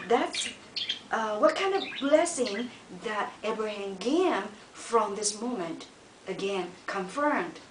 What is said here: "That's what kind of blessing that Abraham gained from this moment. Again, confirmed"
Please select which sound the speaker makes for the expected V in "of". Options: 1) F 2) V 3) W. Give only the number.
2